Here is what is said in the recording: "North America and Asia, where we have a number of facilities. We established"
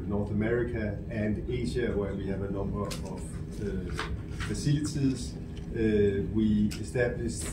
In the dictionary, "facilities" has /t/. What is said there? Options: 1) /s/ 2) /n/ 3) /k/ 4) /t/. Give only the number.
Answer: 1